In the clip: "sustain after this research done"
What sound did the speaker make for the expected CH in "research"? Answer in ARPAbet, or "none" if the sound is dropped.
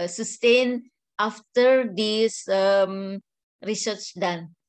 CH